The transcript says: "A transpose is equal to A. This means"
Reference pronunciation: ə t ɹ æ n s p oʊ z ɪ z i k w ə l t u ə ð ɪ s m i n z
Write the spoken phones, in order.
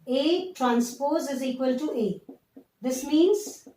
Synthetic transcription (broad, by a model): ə t ɹ æ n s p oʊ z ɪ z i k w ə l t u ə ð ɪ s m i n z